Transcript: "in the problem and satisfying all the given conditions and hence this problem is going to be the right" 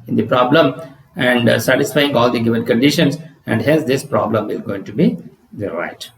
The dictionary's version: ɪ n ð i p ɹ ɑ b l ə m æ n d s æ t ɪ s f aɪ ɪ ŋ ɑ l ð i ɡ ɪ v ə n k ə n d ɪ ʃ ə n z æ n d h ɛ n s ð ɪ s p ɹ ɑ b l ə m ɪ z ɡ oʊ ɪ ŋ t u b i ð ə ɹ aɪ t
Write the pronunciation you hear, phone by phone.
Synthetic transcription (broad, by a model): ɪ n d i p ɹ ɑ b l ə m æ n d s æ t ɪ s f aɪ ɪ ŋ ɑ l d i ɡ ɪ v ə n k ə n d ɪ ʃ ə n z æ n d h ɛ s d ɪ s p ɹ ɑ b l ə m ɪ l ɡ oʊ ɪ ŋ t u b i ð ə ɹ aɪ t